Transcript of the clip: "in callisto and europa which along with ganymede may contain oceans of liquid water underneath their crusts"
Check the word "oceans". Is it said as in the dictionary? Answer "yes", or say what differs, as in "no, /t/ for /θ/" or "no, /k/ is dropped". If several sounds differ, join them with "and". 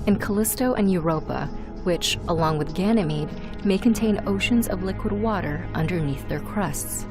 yes